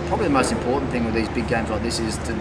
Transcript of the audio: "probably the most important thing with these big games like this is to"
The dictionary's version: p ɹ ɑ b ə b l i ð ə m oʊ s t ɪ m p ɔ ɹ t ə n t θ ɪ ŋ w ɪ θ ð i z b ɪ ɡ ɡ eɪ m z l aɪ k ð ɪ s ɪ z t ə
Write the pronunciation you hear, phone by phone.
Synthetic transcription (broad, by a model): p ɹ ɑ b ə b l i ð ə m oʊ s t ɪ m p ɔ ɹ t n θ ɪ ŋ w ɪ ð i z b ɪ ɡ ɡ eɪ m z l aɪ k ð ɪ s ɪ z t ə